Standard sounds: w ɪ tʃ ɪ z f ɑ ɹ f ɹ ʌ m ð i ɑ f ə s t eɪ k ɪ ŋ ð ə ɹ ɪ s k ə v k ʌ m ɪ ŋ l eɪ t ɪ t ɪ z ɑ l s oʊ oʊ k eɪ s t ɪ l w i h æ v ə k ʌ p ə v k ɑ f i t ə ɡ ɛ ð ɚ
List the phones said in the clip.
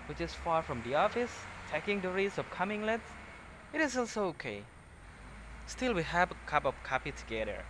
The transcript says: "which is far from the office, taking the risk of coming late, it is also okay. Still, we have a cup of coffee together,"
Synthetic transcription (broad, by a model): w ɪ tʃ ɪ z f ɑ ɹ f ɹ ʌ m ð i ɑ f ə s t eɪ k ɪ ŋ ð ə ɹ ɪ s ə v k ʌ m ɪ ŋ l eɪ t ɪ t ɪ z ɑ l s oʊ oʊ k eɪ s t ɪ l w i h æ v ə k ʌ p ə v k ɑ p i t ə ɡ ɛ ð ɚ